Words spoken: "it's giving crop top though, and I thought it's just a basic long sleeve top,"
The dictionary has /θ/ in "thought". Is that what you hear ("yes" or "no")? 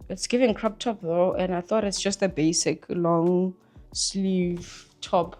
yes